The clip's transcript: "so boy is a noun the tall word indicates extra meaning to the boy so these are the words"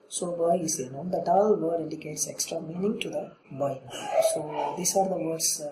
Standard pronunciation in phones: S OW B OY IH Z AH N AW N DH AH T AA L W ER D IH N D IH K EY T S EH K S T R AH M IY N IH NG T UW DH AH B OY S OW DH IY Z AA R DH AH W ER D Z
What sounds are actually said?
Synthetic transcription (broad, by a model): S OW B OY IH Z AH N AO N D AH T AA L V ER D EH D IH K EY T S EH K S T R AH M IY N IH NG T UW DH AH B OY S OW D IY S AA R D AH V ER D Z